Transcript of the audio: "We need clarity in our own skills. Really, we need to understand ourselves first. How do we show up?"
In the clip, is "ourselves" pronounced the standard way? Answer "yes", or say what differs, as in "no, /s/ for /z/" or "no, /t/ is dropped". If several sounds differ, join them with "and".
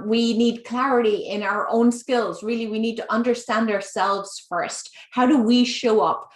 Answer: yes